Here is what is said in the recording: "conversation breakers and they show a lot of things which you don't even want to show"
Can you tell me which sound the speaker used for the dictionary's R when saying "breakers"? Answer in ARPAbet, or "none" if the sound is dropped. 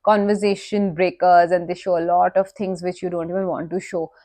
R